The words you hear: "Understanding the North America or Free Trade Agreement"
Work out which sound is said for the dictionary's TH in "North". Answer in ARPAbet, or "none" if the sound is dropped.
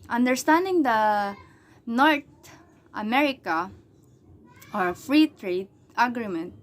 T